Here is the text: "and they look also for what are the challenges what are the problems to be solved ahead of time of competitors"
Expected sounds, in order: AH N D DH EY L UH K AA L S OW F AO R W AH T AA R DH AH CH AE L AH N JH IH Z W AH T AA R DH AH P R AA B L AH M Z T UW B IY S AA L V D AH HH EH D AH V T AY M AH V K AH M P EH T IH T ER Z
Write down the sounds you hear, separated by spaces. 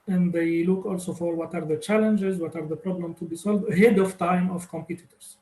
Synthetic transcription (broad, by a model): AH N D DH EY L UH K AA L S OW F AO R W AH T AA R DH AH CH AE L AH N JH IH Z W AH T AA R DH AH P R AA B L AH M T UW B IY S AA L V D AH HH EH D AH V T AY M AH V K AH M P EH T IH T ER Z